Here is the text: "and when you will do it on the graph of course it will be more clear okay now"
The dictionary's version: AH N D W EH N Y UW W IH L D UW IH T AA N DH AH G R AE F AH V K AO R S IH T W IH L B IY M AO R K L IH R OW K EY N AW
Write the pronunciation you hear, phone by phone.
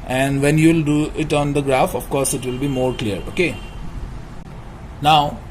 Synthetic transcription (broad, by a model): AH N D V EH N Y UW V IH L D UW IH T AA N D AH G R AE F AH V K AO R S IH T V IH L B IY M AO R K L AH R OW K EY N AW